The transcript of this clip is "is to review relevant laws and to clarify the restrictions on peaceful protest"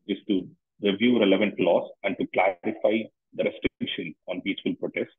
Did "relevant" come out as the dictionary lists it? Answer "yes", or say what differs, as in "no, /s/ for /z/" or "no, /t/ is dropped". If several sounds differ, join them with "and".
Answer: yes